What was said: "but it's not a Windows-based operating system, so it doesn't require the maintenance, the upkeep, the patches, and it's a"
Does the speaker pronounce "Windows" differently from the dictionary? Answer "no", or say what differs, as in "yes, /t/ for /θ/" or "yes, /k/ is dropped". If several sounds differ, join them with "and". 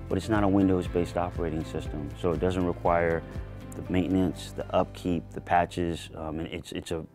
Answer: no